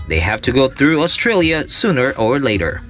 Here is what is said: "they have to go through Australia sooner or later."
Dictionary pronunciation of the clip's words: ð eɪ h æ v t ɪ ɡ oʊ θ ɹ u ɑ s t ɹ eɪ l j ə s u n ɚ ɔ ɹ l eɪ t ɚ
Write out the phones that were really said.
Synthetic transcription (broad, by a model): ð eɪ h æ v t ɪ ɡ oʊ θ ɹ u ɑ s t ɹ eɪ l j ə s u n ɚ ɔ ɹ l eɪ t ɚ